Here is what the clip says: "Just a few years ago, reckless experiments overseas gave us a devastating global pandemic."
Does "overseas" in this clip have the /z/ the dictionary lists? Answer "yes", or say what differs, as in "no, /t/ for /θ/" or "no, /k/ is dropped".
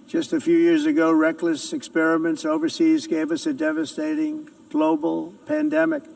yes